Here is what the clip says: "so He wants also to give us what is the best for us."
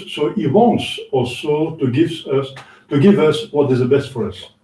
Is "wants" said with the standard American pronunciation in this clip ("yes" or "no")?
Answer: yes